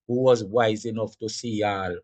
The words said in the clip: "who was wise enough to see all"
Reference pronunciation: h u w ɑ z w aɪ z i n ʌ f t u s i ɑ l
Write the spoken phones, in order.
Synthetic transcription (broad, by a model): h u w ɑ z w aɪ z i n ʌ f t u s i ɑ l